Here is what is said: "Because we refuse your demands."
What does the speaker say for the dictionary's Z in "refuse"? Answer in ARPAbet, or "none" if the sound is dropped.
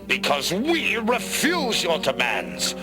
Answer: Z